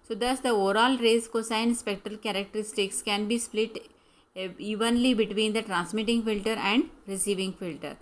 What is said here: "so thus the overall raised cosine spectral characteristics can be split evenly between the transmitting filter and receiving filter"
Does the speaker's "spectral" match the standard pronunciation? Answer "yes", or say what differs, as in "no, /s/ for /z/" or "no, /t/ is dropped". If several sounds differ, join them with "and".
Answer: yes